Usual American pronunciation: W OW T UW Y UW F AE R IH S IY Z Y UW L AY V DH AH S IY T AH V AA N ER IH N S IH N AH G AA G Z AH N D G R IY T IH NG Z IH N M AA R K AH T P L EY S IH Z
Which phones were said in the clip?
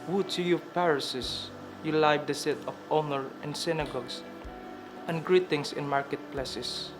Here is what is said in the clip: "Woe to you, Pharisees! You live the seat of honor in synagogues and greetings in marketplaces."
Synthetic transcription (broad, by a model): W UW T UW Y UW P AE R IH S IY S Y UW L AY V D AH S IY T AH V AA N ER IH N S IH N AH G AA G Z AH N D G R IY T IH NG S IH N M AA R K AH T P L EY S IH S